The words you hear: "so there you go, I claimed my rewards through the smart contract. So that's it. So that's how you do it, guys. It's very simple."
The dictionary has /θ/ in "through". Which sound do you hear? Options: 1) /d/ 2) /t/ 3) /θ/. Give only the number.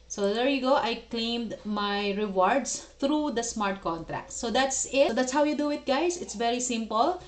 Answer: 2